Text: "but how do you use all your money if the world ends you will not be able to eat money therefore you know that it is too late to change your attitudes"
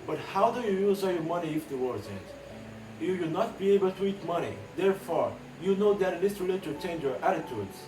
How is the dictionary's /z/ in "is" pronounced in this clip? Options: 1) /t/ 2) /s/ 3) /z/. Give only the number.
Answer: 2